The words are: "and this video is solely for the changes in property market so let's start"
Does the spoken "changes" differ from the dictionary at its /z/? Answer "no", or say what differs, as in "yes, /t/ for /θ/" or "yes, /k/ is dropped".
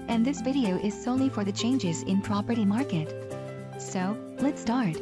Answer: no